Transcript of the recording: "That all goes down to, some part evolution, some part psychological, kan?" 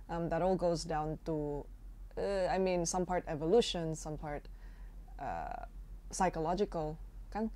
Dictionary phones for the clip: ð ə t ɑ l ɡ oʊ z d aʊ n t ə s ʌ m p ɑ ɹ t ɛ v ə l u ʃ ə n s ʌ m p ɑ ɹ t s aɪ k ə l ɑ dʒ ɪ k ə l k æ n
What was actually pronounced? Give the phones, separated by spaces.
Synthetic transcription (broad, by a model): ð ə t ɑ l ɡ oʊ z d aʊ n t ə s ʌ m p ɑ ɹ t ɛ v ə l u ʃ ə n s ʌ m p ɑ ɹ t s aɪ k ə l ɑ dʒ ɪ k ə l k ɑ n